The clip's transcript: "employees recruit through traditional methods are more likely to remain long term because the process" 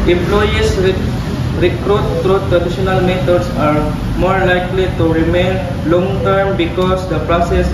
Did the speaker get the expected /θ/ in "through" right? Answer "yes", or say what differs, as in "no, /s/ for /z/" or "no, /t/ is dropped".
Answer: no, /t/ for /θ/